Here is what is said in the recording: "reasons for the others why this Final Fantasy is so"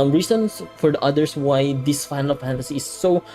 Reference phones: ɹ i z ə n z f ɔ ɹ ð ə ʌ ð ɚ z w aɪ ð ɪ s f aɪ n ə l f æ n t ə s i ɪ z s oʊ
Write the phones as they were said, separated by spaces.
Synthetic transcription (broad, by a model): ɹ i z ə n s f ɔ ɹ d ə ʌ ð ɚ s w aɪ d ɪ s f aɪ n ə l f æ n t ə s i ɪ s oʊ